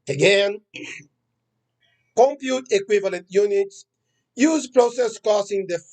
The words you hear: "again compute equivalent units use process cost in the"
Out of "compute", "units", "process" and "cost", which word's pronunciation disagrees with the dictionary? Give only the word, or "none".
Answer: cost